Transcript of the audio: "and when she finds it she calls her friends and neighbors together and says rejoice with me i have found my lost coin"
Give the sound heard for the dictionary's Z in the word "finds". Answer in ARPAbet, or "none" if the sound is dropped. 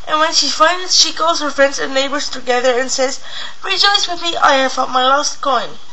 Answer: none